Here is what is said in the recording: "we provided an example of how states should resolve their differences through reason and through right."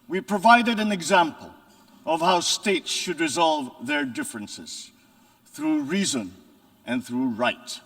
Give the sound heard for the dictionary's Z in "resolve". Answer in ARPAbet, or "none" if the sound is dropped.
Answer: Z